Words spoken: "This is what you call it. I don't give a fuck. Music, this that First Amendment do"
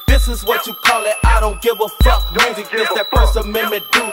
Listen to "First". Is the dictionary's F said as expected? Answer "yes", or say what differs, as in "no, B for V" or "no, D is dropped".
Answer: no, P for F